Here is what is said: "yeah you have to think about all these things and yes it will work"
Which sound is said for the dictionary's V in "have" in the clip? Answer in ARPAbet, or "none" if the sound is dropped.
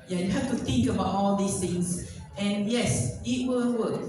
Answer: F